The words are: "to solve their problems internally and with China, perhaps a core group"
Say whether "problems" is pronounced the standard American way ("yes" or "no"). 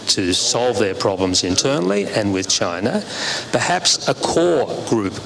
yes